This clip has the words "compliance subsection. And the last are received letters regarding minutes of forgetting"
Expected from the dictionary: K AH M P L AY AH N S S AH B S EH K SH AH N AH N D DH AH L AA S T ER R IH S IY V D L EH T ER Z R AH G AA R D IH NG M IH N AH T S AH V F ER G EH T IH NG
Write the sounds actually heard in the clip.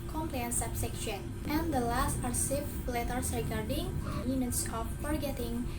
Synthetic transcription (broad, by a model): K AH M P L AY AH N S S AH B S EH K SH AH N AH N D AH L AA S T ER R S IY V L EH T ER S R AH G AA R D IH NG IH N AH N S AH P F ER G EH T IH NG